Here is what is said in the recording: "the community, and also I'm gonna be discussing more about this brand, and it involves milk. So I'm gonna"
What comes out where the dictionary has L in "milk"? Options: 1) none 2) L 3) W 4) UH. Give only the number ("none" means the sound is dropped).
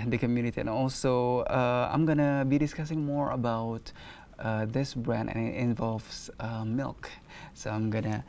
2